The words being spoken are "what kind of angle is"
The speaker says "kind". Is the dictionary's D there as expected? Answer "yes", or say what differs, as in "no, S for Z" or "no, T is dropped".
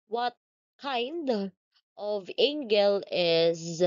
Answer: yes